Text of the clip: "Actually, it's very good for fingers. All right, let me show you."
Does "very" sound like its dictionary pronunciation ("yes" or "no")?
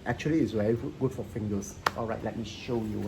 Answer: no